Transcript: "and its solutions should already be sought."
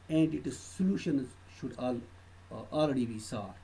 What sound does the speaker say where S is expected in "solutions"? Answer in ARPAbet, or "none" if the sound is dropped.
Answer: S